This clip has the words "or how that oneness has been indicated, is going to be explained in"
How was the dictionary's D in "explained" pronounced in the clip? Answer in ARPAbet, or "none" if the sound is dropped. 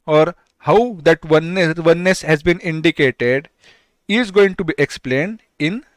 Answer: D